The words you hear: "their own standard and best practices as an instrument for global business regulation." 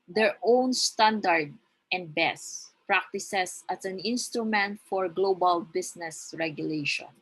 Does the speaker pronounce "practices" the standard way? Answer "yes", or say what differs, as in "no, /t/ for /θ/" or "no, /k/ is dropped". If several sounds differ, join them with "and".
no, /s/ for /z/